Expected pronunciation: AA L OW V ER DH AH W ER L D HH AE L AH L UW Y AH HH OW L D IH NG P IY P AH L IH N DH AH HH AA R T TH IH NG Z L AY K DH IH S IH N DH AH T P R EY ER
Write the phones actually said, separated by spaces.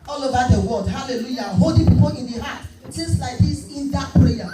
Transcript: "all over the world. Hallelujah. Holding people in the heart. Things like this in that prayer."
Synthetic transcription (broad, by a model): AA L OW V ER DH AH W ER L D HH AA L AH L UW Y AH HH OW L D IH P IY P AH L IH N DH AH HH AA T S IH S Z L AY K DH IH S IH N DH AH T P R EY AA